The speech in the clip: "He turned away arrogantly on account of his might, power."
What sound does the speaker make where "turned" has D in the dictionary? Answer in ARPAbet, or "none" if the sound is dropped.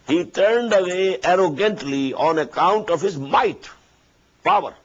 D